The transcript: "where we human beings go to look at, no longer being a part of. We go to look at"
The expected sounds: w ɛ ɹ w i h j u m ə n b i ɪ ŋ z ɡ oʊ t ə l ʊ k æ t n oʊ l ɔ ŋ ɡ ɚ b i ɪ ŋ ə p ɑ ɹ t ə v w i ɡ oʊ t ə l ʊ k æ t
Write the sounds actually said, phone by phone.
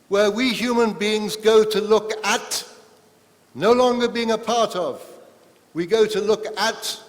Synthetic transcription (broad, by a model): w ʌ ɹ w i h j u m ə n b i ɪ ŋ z ɡ oʊ t ə l ʊ k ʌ t n oʊ l ɔ ŋ ɡ ɚ b i ɪ ŋ ə p ɑ ɹ t ə v w i ɡ oʊ t ə l ʊ k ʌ t